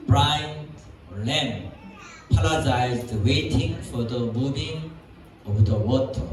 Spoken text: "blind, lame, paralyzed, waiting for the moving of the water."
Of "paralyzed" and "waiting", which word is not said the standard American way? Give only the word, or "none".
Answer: paralyzed